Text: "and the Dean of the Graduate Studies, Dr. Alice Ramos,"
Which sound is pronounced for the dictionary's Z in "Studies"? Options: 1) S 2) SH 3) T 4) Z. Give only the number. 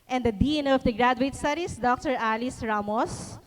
1